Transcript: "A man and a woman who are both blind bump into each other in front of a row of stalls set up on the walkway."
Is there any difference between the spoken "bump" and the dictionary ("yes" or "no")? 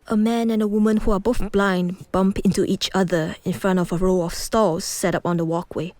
no